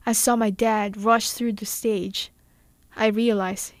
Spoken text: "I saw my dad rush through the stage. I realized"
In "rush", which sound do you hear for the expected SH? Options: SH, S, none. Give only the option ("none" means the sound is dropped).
SH